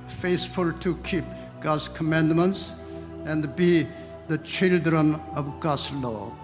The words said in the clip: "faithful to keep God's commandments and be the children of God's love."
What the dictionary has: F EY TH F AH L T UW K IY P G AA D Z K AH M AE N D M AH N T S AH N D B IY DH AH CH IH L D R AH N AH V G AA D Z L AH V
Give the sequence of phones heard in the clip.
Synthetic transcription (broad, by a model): F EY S F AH L T UW K IY P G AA D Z K AH M AE N D M AH N T S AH N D B IY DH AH CH IH L D R AH N AH V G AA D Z L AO